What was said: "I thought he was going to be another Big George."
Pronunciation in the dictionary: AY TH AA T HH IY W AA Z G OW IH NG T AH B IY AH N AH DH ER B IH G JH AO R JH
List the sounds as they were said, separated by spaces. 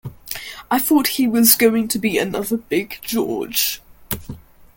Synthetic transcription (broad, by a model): AY TH AA T HH IY W AA Z G OW IH NG T AH B IY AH N AH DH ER B IH G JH AO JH